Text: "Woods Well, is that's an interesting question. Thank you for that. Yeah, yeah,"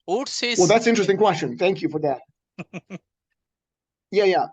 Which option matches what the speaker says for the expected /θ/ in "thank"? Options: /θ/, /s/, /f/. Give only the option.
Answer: /θ/